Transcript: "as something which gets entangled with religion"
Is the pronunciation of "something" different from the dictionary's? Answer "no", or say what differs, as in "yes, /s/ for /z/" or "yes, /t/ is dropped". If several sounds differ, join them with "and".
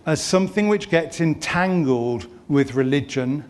no